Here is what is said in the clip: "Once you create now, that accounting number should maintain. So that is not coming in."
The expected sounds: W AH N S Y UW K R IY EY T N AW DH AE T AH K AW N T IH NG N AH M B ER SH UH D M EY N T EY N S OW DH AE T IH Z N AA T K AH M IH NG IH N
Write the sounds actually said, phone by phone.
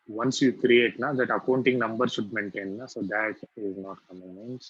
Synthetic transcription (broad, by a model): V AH N S Y UW K R IY EY T N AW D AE T AH K AW N T IH NG N AH M B ER SH UH D M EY N T EY N S OW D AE T IH Z N AA T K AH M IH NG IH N